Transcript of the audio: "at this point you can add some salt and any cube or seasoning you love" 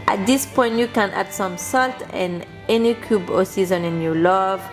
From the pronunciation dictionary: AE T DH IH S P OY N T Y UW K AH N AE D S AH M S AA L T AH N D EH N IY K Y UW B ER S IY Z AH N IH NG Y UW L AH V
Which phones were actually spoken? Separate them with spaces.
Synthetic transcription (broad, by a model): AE T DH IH S P OY N T Y UW K AH N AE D S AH M S AA L T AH N EH N IY K Y UW B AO S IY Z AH N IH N Y UW L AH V